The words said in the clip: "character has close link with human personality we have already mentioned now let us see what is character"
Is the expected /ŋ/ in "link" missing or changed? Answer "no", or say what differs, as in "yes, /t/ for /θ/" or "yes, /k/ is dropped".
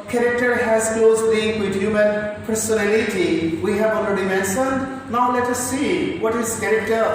yes, /ŋ/ is dropped